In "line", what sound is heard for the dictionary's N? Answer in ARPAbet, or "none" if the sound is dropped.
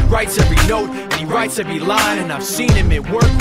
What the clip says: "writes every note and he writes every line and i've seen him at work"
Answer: none